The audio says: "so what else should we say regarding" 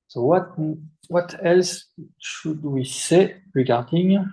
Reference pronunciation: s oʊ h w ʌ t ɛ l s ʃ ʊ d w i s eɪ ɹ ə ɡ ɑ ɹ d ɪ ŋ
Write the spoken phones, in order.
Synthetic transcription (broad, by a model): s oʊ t w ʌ t ɛ l s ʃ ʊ d w i s eɪ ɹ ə ɡ ɑ ɹ d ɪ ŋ